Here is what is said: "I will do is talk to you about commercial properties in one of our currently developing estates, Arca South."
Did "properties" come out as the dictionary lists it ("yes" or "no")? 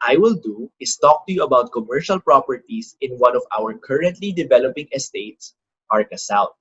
no